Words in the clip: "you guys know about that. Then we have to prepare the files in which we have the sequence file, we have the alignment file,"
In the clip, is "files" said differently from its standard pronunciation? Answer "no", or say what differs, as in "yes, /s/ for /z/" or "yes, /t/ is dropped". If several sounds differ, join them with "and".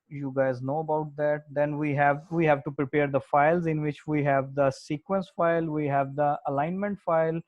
no